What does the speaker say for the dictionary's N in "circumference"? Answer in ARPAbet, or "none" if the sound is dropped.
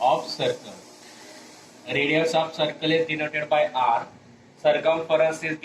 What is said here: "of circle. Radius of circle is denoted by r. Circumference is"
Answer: none